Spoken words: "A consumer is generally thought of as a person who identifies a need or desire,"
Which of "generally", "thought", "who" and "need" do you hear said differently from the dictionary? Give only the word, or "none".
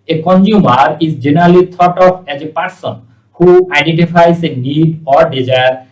thought